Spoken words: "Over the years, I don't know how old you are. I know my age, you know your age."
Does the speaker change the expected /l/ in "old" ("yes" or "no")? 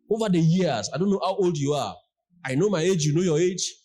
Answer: no